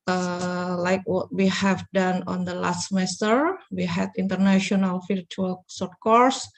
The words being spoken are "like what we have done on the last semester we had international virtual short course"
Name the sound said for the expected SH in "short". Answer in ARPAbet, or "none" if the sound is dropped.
S